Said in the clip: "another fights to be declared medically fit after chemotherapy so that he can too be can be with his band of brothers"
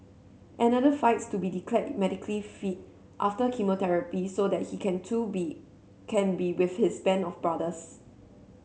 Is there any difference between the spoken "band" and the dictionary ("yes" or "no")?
yes